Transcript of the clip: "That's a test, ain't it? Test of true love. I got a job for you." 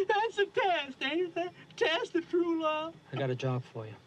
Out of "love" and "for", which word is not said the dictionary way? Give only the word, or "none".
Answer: love